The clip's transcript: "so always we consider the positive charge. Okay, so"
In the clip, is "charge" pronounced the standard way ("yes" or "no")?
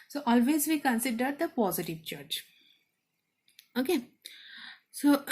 no